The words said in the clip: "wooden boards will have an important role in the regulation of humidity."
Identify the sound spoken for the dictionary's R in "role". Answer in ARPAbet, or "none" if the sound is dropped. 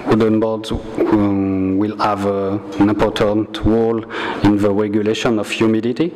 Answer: W